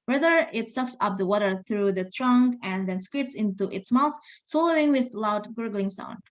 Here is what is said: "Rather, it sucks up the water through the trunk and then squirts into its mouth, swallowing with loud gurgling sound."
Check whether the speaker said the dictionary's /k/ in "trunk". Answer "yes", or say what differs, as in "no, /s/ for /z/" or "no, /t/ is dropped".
yes